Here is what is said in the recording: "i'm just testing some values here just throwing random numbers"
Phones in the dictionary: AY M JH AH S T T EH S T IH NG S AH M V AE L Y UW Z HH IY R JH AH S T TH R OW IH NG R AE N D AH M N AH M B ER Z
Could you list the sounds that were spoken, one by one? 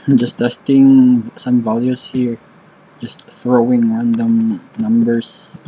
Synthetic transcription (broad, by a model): JH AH S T T EH S T IH NG S AH M V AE L Y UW S HH IY R JH AH S T TH R OW IH NG R AE N D AH M N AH M B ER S